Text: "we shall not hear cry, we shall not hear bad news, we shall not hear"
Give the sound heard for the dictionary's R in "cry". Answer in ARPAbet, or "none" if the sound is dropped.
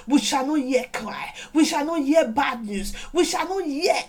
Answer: L